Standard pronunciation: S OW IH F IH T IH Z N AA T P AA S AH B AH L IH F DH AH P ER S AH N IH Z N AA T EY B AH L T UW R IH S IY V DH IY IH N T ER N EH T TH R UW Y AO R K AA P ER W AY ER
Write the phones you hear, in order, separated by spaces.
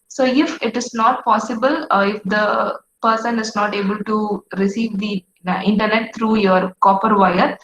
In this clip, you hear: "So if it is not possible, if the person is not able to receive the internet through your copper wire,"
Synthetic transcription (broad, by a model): S OW IH F IH T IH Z N AA T P AA S AH B AH L IH F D AH P ER S AH N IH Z N AA T EY B AH L T UW R IH S IY V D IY IH N T ER N EH T T R UW Y AO R K AA P ER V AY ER